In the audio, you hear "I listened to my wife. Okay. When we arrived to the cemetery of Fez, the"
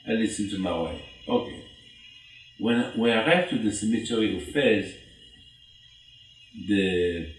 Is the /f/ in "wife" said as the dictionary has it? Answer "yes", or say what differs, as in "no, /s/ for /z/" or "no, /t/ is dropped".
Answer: no, /f/ is dropped